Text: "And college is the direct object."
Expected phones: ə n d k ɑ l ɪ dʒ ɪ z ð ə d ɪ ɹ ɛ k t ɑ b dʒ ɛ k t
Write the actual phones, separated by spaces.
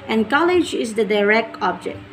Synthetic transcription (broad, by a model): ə n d k ɑ l ɪ dʒ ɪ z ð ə d ɪ ɹ ɛ k t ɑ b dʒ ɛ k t